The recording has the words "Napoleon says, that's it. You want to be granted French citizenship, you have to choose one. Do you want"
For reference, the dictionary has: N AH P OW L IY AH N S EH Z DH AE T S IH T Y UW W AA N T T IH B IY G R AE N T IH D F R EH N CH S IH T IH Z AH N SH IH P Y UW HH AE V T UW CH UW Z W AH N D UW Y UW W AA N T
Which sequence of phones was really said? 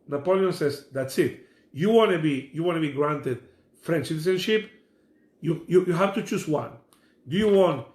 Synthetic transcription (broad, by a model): N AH P OW L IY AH N S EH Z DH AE T S IH T Y UW W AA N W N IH B IY G R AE N T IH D F R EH N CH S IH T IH S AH N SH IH P Y UW HH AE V T UW CH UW S W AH N D UW Y UW W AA N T